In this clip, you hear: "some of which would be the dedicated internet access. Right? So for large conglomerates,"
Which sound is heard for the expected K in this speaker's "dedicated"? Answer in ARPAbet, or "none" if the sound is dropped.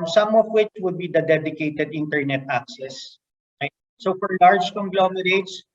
K